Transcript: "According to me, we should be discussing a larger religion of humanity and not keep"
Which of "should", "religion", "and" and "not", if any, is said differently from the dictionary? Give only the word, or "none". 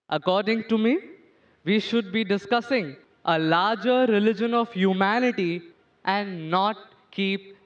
none